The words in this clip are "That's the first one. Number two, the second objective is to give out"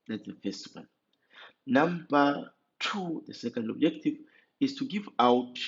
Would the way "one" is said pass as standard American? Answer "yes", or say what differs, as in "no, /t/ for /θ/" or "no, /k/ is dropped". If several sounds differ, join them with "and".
no, /l/ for /n/